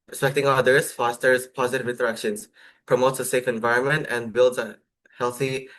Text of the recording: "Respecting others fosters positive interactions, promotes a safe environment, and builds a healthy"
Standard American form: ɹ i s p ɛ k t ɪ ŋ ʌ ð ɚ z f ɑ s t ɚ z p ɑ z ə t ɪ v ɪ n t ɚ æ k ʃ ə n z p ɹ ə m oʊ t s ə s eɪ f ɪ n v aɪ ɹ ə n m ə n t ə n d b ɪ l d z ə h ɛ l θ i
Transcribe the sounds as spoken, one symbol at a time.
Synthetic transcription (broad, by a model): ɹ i s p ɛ k t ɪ ŋ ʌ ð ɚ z f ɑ s t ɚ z p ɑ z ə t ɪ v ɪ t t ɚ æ k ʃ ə n s p ɹ ə m oʊ t s ə s eɪ f ɪ n v aɪ ɹ ə n m ə n t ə n b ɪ l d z ə h ɛ l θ i